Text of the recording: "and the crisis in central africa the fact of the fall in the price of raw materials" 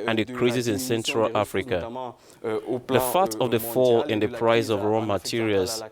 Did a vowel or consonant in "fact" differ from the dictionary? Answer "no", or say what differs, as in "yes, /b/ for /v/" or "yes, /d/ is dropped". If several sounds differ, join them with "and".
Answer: yes, /k/ is dropped